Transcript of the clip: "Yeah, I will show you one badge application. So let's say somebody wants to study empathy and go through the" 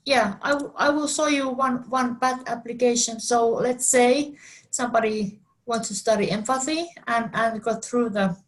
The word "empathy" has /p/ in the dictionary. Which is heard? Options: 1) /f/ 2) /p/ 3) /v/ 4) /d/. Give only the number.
1